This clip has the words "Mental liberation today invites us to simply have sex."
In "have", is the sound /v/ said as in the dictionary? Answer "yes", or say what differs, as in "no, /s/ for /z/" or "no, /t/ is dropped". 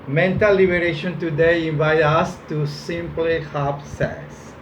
no, /p/ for /v/